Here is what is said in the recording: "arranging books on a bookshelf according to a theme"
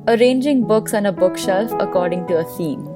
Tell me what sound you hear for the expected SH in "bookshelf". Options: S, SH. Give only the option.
SH